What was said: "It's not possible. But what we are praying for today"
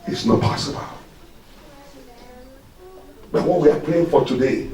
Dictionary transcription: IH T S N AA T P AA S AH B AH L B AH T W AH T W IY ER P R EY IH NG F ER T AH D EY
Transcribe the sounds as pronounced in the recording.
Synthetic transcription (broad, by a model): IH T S N AA T P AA S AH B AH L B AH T W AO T W IY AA P L EY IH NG F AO T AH D EY